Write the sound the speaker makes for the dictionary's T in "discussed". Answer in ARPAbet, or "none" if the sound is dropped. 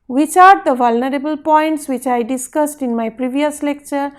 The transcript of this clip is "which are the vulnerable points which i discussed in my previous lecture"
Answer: T